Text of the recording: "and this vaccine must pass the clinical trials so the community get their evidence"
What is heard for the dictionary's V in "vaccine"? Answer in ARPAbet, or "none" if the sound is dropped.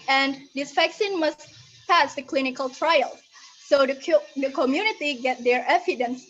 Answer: F